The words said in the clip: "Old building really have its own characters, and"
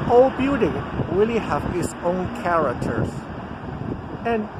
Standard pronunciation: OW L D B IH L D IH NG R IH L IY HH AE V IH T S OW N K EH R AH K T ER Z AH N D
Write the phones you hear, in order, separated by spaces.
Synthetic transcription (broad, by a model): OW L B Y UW D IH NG R IH L IY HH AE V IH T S OW N K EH R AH K T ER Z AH N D